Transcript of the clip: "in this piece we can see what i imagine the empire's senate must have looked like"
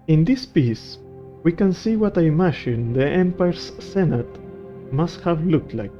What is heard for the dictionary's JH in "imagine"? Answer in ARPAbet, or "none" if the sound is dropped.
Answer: SH